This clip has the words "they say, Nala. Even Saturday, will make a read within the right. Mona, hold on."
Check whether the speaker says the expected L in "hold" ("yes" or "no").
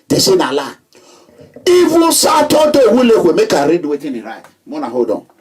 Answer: no